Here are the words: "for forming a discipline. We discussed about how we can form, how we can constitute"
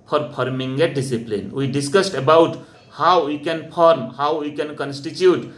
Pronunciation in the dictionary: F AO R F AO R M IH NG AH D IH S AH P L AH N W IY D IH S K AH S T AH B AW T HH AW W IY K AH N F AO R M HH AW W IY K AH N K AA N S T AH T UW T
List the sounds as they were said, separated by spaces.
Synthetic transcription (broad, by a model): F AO R P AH R M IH NG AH D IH S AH P L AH N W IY D IH S K AH S T AH B AW T HH AW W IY K AH N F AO R M HH AW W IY K AH N K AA N S T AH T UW T